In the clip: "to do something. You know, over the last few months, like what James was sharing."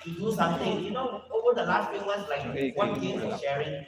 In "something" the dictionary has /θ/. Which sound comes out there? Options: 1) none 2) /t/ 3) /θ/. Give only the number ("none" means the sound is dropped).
2